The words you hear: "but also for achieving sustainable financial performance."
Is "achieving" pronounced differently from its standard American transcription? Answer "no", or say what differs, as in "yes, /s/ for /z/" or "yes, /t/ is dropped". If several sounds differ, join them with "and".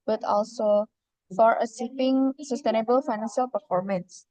yes, /s/ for /tʃ/